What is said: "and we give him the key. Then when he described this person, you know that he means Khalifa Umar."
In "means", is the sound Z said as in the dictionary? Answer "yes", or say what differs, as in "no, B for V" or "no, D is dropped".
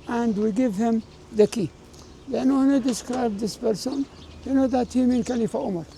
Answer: no, Z is dropped